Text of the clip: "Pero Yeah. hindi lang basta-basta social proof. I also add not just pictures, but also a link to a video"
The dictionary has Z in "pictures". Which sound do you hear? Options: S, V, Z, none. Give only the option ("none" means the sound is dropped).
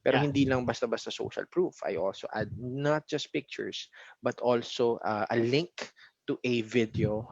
S